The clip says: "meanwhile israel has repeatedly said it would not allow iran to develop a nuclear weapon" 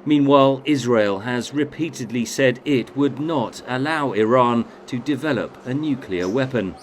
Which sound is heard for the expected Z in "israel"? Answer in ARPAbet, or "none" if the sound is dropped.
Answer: Z